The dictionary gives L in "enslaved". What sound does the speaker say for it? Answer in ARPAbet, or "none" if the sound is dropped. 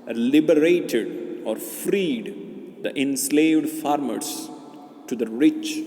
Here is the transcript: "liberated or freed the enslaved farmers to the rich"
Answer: L